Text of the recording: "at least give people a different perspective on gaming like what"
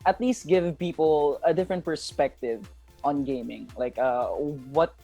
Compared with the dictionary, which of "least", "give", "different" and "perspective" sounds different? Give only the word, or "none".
none